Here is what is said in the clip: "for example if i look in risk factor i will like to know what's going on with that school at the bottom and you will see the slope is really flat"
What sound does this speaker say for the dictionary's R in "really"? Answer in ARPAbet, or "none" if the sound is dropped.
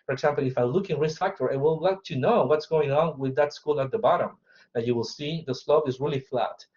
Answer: R